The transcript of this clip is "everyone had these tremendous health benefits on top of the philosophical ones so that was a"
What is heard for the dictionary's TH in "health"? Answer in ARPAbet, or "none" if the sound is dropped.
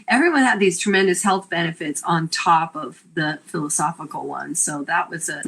TH